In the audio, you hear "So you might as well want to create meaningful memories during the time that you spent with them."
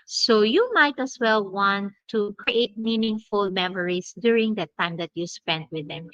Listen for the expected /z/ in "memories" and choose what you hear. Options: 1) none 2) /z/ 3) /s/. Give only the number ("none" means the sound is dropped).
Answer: 3